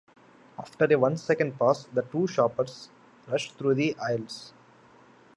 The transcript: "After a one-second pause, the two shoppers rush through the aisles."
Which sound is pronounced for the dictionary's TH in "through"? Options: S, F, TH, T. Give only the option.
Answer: T